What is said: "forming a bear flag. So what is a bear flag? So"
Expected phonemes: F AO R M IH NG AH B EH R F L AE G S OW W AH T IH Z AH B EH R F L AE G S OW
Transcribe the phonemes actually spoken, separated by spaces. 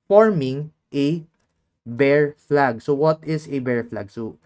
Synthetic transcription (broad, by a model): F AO R M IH NG AH B EH R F L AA G S OW W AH T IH S AH B EH R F L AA G S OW